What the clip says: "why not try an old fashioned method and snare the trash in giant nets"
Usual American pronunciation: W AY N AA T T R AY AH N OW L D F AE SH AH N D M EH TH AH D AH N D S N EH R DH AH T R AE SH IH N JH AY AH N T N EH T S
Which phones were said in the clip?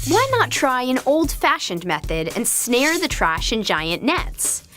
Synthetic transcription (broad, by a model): W AY N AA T T R AY AH N OW L D F AE SH AH N D M EH TH AH D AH N S N EH R DH AH T R AE SH IH N JH AY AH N N EH T S